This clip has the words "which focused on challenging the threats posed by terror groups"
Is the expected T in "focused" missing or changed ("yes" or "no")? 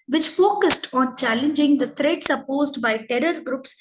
no